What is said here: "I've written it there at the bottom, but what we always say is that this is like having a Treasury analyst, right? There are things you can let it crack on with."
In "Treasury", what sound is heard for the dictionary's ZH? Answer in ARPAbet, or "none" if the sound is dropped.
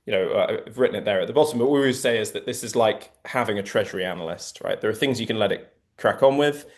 ZH